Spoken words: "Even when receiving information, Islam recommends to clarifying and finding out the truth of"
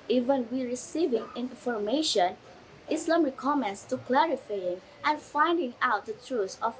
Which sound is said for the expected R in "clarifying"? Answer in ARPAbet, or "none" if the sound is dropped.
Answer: R